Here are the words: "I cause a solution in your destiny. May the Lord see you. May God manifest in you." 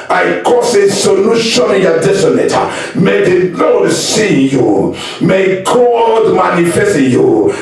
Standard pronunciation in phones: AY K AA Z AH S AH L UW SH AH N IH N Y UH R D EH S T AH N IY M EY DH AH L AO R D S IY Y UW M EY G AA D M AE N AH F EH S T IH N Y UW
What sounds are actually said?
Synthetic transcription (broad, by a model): AY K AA S AH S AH N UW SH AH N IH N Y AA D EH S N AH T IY M EY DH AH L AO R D S IY Y UW M EY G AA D M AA N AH F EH S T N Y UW